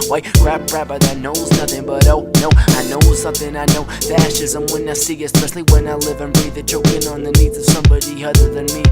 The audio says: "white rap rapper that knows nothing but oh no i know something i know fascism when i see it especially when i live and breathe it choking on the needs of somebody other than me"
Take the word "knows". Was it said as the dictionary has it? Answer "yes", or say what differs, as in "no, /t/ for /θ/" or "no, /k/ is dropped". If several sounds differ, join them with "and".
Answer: yes